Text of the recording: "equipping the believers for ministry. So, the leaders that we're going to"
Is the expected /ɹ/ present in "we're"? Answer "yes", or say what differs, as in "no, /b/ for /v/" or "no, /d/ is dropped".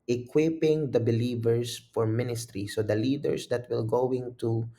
no, /l/ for /ɹ/